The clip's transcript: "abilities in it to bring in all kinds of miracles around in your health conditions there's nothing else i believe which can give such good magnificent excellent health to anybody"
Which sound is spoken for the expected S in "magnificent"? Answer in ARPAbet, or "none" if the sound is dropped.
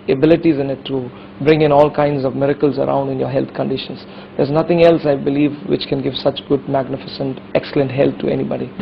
S